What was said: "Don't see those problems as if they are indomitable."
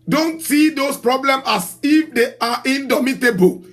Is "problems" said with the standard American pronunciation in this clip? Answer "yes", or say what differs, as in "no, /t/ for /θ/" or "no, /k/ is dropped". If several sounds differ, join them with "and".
no, /z/ is dropped